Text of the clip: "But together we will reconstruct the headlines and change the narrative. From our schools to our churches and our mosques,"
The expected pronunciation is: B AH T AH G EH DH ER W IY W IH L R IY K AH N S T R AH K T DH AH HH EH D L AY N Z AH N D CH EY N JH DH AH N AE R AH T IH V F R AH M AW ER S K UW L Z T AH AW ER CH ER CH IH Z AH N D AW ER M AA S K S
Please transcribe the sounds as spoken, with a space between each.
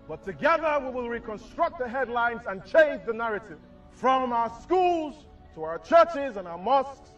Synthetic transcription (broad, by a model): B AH T AH G EH DH ER W IY W IH L R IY K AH N S T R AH K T DH AH HH EH D L AY N Z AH N CH EY N JH DH AH N AE R AH T IH V F R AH M AW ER S K UW L Z T AH AW ER CH ER CH IH Z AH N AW ER M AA S K S